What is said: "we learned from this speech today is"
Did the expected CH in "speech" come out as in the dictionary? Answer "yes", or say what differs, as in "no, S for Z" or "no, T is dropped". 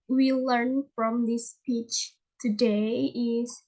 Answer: yes